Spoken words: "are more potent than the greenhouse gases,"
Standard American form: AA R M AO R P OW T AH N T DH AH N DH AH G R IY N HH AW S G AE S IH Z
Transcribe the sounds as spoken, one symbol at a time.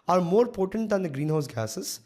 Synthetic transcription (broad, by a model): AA R M AO R P OW T AH N T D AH N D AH G R IY N HH AW S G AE S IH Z